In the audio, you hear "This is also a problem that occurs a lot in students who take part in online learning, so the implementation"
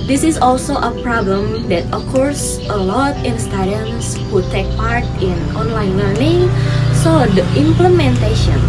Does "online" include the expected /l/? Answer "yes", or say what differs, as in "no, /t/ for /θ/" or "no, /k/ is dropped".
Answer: yes